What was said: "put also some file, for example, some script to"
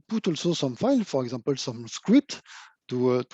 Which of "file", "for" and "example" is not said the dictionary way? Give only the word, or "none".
example